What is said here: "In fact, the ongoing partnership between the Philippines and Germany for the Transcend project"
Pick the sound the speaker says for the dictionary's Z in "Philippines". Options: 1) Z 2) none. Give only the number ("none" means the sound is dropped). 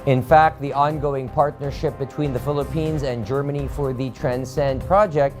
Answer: 1